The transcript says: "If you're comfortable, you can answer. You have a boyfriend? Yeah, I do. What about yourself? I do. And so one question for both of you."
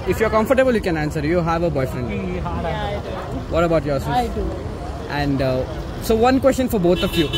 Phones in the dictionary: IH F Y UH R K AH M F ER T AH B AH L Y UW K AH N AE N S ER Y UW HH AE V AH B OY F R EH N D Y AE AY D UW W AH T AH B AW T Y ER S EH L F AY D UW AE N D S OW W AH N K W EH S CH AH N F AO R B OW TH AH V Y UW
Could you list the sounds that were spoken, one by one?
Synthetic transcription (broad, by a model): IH F Y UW R K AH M F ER T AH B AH L Y UW K AH N AE N S ER Y UW HH AE V AH B OY F R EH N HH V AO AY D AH T AH B AW T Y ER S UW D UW AE N D S OW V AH N K W EH S CH AH N F AO R B OW T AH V Y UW